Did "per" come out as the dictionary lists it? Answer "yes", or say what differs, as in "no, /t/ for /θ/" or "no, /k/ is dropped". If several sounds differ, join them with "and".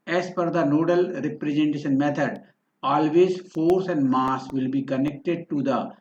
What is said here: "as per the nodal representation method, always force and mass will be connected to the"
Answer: no, /f/ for /p/